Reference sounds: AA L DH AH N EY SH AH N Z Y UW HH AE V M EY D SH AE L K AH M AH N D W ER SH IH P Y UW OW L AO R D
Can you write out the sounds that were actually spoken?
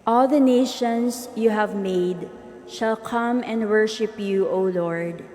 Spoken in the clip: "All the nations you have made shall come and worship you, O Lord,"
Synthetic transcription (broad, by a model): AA L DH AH N EY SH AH N S Y UW HH AE V M EY D SH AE L K AH M AH N D W ER SH IH P Y UW OW L AO R D